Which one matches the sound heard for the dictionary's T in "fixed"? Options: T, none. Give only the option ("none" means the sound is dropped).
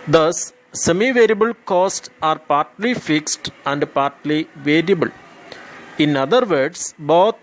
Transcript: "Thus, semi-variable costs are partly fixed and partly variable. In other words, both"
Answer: T